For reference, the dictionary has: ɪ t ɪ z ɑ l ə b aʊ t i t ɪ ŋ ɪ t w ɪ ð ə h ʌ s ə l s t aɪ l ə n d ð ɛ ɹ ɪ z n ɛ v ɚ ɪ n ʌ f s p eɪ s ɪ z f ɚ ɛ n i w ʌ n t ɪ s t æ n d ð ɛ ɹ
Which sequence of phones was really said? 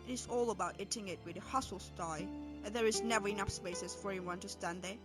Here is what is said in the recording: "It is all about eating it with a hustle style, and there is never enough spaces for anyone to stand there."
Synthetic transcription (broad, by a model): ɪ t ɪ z ɑ l ə b aʊ t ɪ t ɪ ŋ ɪ t w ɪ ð ə h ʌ s l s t aɪ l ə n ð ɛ ɹ ɪ z n ɛ v ɚ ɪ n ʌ p s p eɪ s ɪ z f ɚ ɛ n i w ʌ n t ɪ s t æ n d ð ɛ ɹ